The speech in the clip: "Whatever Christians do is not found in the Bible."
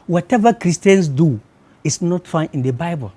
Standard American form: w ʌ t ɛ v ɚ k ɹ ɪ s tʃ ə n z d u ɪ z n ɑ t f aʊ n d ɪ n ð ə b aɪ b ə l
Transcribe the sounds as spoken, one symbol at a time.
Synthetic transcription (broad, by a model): w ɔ t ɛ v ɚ k ɹ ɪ s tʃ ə n s d u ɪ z n ɑ t f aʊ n ɪ n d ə b aɪ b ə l